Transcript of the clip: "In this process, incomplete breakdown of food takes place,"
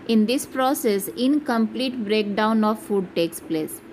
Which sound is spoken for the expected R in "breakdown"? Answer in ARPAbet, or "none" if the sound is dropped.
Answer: R